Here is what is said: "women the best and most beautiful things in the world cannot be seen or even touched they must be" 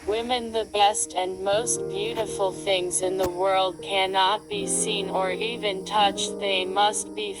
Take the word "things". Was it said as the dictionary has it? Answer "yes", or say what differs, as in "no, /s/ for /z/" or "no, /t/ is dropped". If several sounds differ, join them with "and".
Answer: yes